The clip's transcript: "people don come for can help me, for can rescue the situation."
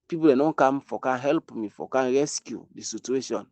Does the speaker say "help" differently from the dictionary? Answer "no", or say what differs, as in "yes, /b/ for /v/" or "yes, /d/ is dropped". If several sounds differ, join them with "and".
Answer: no